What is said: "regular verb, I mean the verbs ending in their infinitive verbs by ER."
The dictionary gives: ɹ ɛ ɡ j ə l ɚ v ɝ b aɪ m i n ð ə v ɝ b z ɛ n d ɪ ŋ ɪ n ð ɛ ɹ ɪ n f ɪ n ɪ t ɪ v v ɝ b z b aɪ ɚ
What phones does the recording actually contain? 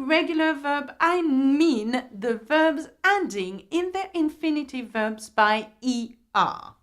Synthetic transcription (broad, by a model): ɹ ɛ ɡ j l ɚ v ɝ b aɪ m i n ð ə v ɝ b z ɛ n d ɪ ŋ ɪ n ð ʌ ɹ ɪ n f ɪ n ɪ t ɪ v v ɝ b z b aɪ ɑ